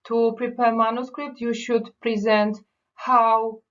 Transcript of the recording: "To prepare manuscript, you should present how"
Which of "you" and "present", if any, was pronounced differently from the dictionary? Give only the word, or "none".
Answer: none